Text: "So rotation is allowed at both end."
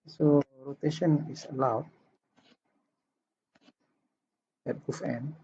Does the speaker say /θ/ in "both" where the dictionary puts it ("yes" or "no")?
no